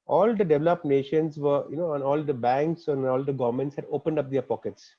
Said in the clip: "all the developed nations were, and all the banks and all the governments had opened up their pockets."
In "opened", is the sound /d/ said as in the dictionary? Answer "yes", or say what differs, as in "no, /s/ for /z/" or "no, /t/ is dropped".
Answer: yes